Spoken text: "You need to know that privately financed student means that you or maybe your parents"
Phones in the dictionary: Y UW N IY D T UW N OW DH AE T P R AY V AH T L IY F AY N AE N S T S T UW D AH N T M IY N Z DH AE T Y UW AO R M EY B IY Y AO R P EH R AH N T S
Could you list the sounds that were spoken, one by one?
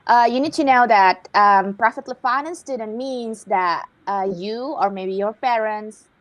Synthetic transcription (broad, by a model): Y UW N IY D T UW N OW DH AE T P R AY F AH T L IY F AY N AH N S S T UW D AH N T M IY N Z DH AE T Y UW AO R M EY B IY Y AO R P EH R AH N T S